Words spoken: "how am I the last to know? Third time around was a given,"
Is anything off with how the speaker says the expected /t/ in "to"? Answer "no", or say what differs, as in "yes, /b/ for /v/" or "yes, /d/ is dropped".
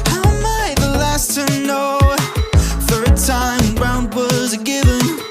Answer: yes, /s/ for /t/